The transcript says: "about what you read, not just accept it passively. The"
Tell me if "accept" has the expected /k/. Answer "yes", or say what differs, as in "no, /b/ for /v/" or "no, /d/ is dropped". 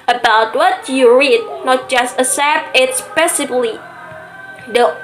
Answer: no, /k/ is dropped